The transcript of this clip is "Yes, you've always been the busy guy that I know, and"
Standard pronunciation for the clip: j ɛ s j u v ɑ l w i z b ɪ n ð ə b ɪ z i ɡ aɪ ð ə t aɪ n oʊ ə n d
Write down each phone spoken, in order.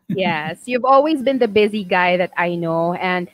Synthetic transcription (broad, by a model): j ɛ s j u v ɑ l w i z b ɪ n ð ə b ɪ z i ɡ aɪ ð ə t aɪ n oʊ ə n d